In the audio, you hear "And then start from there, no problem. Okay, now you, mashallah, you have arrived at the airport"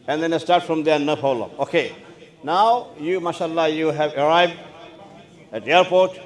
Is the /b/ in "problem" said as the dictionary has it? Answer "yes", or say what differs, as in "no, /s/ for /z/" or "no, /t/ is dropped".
no, /b/ is dropped